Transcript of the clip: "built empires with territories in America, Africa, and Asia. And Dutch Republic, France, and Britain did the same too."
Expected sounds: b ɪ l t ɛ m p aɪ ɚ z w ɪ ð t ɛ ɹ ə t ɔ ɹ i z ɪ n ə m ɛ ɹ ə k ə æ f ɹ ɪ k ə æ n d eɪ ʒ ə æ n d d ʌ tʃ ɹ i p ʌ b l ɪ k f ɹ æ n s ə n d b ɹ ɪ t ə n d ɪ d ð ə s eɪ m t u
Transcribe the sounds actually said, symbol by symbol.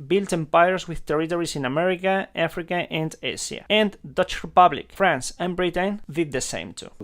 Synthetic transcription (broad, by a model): b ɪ l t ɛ m p aɪ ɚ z w ɪ ð t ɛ ɹ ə t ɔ ɹ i s ɪ n ə m ɛ ɹ ə k ə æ f ɹ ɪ k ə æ n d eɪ s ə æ n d d ʌ tʃ ɹ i p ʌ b l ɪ k f ɹ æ n s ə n b ɹ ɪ t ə n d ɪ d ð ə s eɪ m t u